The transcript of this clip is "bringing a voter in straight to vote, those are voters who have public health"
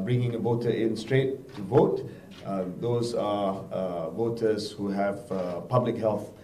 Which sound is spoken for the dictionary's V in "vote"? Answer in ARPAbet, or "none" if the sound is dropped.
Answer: V